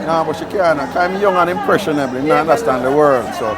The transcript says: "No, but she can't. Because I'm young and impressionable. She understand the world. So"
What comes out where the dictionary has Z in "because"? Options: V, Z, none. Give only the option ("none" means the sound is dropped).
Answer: none